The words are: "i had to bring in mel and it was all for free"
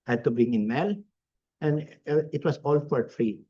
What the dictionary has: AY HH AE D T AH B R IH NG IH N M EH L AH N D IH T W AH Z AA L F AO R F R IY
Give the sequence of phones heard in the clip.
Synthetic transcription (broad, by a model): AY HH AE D T AH B R IH NG IH N M EH L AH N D IH T W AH S AA L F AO R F R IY